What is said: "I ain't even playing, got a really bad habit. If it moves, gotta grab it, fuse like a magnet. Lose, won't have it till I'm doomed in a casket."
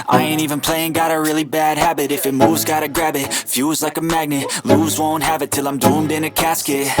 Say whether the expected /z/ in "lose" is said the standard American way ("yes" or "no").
yes